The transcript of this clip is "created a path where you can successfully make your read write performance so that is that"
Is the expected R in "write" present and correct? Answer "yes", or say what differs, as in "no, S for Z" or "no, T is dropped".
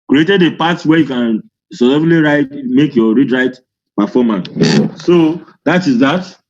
yes